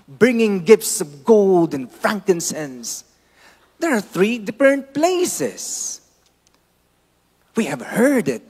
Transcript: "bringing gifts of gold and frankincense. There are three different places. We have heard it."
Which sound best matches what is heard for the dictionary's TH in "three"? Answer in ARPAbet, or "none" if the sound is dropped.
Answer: TH